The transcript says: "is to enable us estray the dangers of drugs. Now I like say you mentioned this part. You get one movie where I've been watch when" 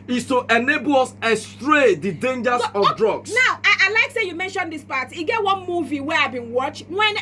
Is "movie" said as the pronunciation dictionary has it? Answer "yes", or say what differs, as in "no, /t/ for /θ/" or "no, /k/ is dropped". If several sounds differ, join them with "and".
yes